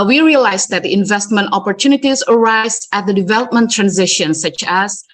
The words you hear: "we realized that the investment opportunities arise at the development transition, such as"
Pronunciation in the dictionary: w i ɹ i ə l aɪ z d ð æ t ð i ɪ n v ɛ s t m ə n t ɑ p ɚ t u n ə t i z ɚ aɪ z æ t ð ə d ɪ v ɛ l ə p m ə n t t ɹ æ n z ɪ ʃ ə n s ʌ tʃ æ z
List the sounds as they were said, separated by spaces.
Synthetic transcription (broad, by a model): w i ɹ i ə l aɪ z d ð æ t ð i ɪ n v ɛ s t m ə n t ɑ p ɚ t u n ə t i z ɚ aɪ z æ t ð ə d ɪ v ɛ l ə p m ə n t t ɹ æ n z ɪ ʃ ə n s ʌ tʃ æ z